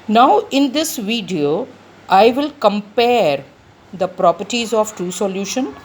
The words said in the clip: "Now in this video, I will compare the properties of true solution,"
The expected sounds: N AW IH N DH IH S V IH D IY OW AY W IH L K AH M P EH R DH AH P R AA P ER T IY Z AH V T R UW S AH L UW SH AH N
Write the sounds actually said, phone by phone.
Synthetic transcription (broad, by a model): N AW IH N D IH S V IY D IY OW AY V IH L K AH M P EH R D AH P R AA P ER T IY Z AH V T UW S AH L UW SH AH N